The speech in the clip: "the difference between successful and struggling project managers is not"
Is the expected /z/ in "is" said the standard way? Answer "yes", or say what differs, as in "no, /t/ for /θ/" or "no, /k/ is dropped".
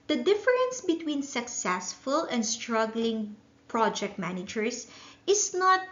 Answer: no, /s/ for /z/